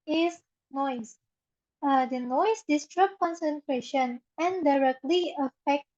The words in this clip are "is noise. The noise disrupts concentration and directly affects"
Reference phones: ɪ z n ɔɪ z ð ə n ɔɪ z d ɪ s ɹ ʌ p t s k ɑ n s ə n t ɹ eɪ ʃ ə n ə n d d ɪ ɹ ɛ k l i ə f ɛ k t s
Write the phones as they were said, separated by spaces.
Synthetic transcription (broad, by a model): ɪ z n ɔɪ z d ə n ɔɪ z d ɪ s ɹ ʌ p k ɑ n s ə n t ɹ eɪ ʃ ə n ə n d d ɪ ɹ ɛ k l i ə f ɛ k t